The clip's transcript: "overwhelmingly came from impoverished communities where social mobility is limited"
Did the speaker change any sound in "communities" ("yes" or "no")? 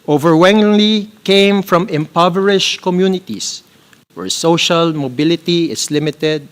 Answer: yes